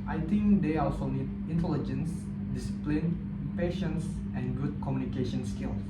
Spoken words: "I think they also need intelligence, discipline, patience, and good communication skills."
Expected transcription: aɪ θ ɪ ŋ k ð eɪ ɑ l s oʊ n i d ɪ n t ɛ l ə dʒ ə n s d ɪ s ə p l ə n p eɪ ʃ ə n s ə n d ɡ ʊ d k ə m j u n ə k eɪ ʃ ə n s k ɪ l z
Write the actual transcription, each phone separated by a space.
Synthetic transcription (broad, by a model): aɪ t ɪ ŋ k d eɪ ɑ l s oʊ n i d ɪ n t ɛ l ə dʒ ə n s d ɪ s ə p l ə n p eɪ ʃ ə n s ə n ɡ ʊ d k ə m j u n ə k eɪ ʃ ə n s k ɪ l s